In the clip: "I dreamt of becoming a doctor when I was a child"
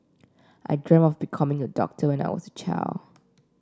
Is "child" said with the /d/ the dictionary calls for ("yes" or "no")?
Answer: no